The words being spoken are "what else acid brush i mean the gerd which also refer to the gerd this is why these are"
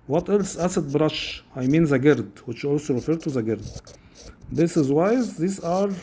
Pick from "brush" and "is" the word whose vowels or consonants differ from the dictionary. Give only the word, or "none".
none